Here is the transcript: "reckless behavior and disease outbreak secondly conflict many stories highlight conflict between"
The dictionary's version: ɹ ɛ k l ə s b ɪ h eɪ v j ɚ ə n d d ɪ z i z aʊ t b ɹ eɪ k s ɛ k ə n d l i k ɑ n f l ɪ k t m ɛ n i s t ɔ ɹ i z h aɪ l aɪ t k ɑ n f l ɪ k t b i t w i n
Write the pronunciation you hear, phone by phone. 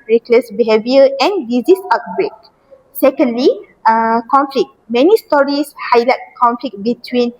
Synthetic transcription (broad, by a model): ɹ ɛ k l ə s b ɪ h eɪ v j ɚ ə n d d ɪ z i s aʊ t b ɹ eɪ k s ɛ k ə n d l i k ɑ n f l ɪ k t m ɛ n i s t ɔ ɹ i s h aɪ l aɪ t k ɑ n f l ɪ k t b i t w i n